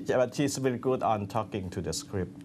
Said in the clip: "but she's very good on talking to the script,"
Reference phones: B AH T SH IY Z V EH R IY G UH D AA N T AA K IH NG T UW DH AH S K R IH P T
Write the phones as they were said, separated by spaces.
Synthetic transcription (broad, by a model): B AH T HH IY S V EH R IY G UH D AA N T AA K IH NG T UW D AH S K R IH P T